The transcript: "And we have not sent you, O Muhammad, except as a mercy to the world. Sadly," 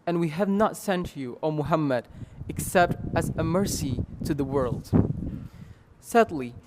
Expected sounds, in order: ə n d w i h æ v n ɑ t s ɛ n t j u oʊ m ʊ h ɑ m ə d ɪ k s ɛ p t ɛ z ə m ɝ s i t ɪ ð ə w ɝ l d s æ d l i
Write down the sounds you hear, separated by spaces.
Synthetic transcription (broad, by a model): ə n w i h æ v n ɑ t s ɛ n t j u oʊ m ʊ h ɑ m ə d ɪ k s ɛ p t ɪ z ə m ɝ s i t ɪ ð ə w ɝ l d s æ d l i